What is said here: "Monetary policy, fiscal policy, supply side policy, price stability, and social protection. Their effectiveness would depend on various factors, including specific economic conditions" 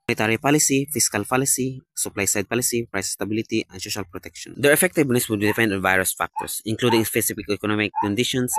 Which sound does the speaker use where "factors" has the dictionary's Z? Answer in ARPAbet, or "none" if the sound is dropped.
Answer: S